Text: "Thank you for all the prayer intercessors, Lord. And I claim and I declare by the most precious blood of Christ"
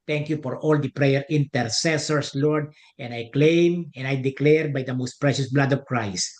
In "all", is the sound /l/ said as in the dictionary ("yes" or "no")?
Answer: yes